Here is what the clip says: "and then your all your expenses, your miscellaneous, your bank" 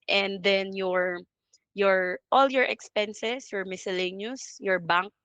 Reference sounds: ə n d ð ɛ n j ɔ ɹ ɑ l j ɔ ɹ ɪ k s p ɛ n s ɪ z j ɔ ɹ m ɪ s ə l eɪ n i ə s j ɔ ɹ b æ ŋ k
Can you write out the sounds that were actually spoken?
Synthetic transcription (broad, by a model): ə n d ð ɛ n j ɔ ɹ ɑ l j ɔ ɹ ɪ k s p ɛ n s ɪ s j ɔ ɹ m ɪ s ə l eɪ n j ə s j ɔ ɹ b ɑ ŋ k